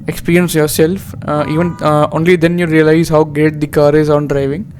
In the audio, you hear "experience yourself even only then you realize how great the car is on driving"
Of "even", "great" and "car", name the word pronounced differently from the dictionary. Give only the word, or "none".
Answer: great